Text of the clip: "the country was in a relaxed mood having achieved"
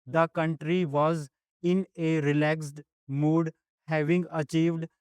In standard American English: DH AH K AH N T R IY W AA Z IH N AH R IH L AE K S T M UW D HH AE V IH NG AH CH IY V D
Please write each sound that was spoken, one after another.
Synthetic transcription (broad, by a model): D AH K AH N T R IY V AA Z IH N AH R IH L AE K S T M UW D HH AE V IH NG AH CH IY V D